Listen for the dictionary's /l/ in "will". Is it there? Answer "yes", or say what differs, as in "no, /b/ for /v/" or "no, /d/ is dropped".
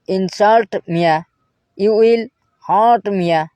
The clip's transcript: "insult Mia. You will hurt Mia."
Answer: yes